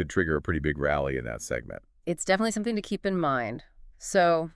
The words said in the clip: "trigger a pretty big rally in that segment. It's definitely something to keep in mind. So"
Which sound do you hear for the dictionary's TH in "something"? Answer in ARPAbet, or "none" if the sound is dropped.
TH